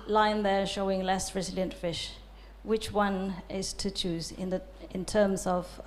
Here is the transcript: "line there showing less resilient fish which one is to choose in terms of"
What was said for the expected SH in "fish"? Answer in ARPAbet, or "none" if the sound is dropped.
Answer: SH